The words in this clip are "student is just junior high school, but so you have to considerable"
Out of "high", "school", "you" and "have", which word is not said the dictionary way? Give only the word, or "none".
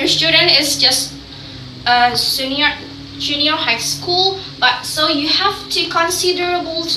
have